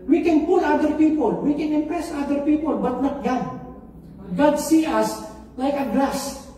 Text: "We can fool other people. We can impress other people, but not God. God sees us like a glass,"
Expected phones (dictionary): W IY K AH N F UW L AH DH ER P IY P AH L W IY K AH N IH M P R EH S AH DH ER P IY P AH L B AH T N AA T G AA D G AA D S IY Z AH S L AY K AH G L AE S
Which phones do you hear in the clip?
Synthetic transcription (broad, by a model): W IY K AH N P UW L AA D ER P IY P AH L W IY K AH N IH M P R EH S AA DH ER P IY P AH L B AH T N AA T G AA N G AA D S IY AH S L AY K AH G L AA S